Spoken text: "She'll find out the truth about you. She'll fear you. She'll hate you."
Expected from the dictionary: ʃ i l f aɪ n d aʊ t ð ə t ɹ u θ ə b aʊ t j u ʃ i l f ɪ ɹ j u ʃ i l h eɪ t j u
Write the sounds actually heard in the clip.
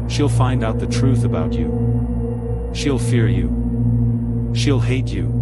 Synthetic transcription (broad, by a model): ʃ i l f aɪ n d aʊ t ð ə t ɹ u θ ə b aʊ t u ʃ i l f ɪ ɹ j u ʃ i l h eɪ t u